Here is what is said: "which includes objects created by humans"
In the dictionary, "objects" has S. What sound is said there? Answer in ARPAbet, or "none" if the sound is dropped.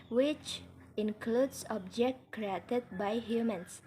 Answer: none